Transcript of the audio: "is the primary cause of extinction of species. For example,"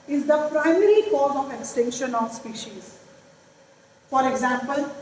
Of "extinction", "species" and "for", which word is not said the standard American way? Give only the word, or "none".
none